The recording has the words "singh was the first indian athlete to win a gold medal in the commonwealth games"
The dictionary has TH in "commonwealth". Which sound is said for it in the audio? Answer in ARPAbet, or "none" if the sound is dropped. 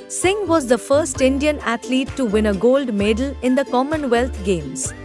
T